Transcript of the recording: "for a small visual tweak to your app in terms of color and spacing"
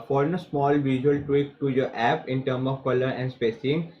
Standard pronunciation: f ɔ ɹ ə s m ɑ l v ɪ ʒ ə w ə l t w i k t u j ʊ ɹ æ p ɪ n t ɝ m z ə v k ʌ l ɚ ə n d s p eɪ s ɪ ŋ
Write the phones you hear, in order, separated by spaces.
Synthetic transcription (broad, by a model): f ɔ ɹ ə s m ɑ l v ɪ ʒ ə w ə l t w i k t u j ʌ ɹ æ p ɪ n t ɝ m ə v k ʌ l ɚ ə n d s p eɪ s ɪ ŋ